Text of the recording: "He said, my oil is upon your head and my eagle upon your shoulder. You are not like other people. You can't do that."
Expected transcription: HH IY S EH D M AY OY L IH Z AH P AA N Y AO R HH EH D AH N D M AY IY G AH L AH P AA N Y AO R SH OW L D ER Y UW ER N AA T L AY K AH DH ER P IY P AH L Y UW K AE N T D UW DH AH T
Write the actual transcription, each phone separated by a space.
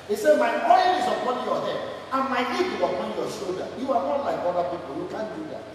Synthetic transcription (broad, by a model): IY S EH D M AY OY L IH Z AH P AA N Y AO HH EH AH N M AY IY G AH W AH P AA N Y AO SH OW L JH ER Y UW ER N AA T L AY K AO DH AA P IY P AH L Y UW K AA N D UW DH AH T